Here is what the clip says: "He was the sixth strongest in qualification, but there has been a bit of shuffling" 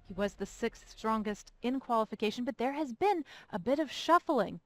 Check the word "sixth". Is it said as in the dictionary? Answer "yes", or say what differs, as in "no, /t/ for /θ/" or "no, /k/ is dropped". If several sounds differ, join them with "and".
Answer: yes